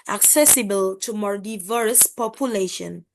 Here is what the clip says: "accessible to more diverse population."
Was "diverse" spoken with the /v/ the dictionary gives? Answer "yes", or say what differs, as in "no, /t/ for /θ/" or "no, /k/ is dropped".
yes